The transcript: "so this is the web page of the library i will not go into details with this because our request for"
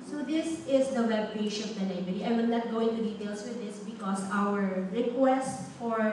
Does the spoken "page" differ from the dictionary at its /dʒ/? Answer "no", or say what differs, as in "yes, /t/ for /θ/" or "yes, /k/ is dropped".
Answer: yes, /ʃ/ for /dʒ/